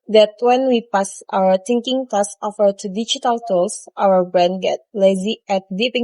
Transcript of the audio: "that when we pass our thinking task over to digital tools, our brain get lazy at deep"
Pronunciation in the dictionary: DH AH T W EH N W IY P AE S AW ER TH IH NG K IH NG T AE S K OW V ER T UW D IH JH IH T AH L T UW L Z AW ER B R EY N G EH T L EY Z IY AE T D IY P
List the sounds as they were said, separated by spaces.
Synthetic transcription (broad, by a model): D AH T W EH N W IY P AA S AW ER T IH NG K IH NG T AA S OW F ER T UW D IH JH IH T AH L T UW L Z AW ER B R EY N G EH T L EY Z IY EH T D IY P